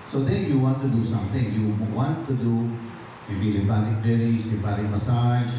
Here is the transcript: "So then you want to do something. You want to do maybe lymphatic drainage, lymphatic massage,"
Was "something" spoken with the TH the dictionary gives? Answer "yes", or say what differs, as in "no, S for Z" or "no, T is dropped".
no, T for TH